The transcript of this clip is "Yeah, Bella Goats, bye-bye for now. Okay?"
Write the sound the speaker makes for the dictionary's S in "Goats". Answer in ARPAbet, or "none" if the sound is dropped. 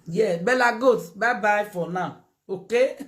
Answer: none